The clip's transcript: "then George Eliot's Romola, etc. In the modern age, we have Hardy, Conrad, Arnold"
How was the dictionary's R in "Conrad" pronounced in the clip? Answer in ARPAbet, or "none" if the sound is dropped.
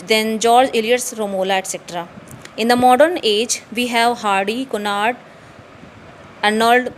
none